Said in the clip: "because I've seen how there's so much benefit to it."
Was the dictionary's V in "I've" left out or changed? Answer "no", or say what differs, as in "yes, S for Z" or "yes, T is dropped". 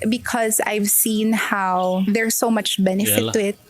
no